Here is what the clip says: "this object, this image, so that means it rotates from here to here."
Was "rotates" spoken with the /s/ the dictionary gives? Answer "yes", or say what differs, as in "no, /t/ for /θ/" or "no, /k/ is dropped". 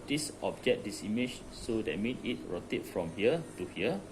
no, /s/ is dropped